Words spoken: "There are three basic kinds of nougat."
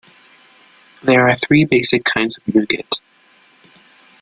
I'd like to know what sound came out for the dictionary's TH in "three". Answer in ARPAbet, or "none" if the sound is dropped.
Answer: TH